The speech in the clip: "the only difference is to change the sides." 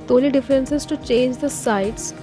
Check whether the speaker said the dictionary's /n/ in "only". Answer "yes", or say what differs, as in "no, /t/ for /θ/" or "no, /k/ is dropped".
no, /n/ is dropped